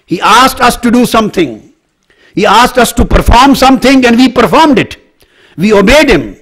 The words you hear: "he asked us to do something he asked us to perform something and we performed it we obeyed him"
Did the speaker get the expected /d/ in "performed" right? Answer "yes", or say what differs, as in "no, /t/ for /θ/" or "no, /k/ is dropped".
yes